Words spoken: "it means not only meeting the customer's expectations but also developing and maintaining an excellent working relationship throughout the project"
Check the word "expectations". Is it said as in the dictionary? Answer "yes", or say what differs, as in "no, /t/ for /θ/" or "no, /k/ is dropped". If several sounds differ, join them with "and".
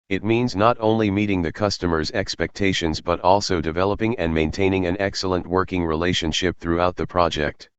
yes